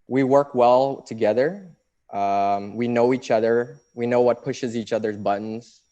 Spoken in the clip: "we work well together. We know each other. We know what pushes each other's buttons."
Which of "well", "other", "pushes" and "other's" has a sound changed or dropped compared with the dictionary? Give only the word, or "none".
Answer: none